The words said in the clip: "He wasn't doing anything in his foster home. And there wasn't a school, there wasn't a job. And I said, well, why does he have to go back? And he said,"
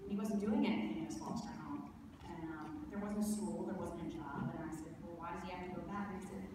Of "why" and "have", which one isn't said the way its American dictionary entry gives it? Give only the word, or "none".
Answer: have